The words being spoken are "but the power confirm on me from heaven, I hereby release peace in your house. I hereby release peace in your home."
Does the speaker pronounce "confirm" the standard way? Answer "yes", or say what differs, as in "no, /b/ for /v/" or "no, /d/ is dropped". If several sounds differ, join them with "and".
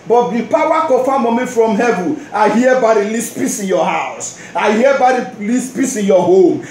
no, /n/ is dropped